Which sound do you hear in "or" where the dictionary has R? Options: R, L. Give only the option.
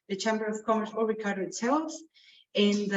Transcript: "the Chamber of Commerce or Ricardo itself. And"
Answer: L